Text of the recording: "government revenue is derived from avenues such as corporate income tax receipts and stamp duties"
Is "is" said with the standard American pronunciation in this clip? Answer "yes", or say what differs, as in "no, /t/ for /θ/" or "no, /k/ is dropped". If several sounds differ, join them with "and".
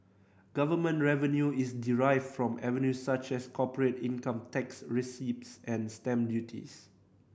no, /s/ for /z/